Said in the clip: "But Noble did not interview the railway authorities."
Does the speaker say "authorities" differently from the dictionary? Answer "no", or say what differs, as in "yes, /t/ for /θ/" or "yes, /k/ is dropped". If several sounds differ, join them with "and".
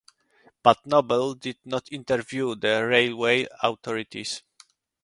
yes, /t/ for /θ/